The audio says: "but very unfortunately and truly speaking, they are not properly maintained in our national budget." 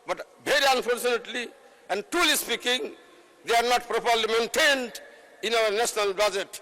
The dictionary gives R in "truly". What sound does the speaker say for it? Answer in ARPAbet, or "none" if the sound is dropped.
none